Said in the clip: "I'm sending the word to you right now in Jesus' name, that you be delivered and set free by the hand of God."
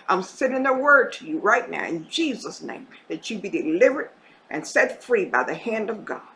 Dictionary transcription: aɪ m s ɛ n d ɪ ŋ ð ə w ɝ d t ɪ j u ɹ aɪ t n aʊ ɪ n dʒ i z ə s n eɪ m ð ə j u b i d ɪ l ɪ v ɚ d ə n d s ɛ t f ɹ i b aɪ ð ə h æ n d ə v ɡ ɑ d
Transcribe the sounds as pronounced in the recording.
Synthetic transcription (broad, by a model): aɪ m s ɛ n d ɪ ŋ ð ə w ɝ d t ɪ j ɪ ɹ aɪ t n aʊ ɪ n dʒ i z ə s n eɪ m ð ə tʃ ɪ b i d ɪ l ɪ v ɚ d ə n s ɛ t f ɹ i b aɪ ð ə h æ n d ə v ɡ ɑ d